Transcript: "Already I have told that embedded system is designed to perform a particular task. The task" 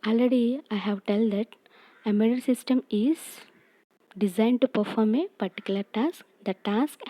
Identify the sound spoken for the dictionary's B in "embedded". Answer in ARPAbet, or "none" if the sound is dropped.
none